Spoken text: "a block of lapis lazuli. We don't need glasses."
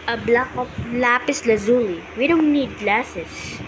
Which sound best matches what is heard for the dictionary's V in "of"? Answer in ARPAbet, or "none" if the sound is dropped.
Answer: P